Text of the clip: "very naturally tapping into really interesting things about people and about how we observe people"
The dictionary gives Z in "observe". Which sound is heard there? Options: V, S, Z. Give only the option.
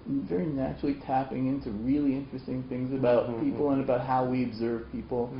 Z